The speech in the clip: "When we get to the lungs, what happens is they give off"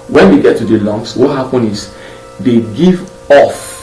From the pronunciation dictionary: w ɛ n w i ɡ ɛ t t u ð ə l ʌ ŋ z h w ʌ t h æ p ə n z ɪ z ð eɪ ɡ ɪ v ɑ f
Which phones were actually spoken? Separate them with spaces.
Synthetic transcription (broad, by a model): w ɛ n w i ɡ ɛ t t u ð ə l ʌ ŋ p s w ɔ t h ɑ p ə n ɪ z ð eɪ ɡ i v ɑ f